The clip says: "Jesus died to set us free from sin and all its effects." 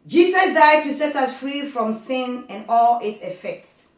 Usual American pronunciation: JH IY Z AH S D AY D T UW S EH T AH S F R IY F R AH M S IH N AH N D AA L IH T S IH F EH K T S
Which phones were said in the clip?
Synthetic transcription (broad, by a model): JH IY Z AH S D AY D T UW S EH T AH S F R IY F R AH M S IH N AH N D AA L IH T S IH F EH K T S